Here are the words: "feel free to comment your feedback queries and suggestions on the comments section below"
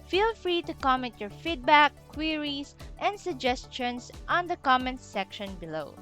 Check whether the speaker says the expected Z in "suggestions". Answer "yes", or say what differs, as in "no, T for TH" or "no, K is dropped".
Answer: no, S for Z